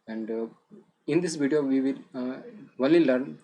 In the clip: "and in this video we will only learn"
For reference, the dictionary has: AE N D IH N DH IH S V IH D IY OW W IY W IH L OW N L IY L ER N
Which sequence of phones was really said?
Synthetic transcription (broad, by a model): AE N D IH N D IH S V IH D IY OW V IY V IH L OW L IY L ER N